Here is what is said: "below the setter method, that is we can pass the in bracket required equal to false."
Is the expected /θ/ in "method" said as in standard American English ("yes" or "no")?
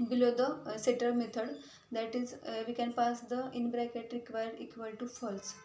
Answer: no